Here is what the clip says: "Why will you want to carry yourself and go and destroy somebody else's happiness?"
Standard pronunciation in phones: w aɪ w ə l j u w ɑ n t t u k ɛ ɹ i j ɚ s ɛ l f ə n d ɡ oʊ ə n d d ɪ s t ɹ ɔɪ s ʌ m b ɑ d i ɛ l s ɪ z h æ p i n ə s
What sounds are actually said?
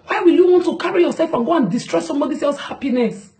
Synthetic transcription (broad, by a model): w aɪ w ə l j u w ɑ n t t u k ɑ ɹ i j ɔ s ɛ l f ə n ɡ oʊ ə n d d ɪ s t ɹ ɔɪ s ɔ m b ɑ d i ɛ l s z h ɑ p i n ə s